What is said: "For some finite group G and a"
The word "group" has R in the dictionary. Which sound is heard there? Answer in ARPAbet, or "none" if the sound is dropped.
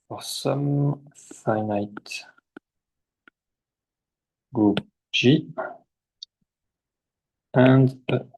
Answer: none